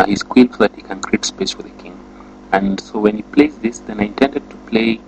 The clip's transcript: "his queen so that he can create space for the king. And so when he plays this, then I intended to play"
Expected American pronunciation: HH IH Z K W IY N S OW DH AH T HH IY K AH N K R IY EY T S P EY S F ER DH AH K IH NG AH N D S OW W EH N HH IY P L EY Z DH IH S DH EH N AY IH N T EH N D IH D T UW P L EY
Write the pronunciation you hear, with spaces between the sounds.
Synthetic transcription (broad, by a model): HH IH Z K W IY L S OW DH AH T HH IY K AH N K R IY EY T S P EY S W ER DH AH K IH NG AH N S OW W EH N HH IY P L EY Z DH IH S DH EH N AY IH N T EH N D IH D T UW P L EY